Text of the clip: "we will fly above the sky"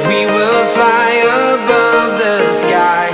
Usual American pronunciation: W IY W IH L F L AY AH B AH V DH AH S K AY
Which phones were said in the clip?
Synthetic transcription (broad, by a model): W IY W IH L F L AY AH B AH V DH AH S K AY